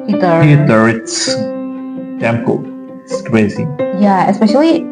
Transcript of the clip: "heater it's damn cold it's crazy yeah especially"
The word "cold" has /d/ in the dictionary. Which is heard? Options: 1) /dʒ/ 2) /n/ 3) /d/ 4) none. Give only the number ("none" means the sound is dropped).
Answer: 4